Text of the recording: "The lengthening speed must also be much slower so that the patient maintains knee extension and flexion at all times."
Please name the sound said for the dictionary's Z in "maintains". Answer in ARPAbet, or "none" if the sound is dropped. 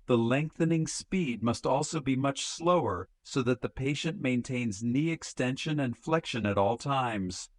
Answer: Z